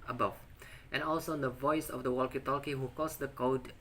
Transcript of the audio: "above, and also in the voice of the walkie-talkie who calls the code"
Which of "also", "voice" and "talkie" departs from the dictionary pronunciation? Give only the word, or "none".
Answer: none